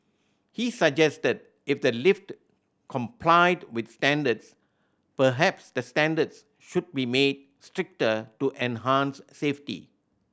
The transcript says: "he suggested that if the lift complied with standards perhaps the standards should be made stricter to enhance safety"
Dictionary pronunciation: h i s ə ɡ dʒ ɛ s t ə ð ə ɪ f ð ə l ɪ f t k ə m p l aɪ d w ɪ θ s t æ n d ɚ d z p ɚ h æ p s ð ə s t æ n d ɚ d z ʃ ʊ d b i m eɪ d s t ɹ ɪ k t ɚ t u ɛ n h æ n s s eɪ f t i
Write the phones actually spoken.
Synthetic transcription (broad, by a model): h i s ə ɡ dʒ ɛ s t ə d ɪ f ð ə l ɪ f t k ə m p l aɪ d w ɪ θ s t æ n d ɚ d s p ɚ h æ p s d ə s t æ n d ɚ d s ʃ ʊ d b i m eɪ d s t ɹ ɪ k t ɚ t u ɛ n h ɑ n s s eɪ f t i